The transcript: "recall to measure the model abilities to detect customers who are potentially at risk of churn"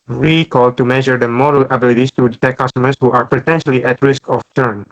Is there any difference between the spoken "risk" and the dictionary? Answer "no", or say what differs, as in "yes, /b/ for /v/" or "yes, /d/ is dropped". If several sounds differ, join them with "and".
no